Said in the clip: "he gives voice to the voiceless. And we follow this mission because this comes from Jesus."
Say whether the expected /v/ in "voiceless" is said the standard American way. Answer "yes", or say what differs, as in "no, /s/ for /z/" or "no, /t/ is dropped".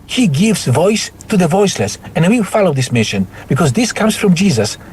yes